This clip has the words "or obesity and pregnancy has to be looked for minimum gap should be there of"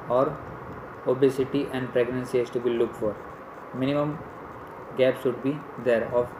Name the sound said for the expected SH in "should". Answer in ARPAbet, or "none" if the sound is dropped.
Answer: S